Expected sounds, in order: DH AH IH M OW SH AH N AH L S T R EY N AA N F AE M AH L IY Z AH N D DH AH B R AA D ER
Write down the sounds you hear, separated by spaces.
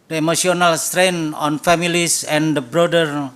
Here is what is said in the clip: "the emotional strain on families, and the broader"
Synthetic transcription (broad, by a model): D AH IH M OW S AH N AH L S T R EY N AA N F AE M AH L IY S AH N D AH B R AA D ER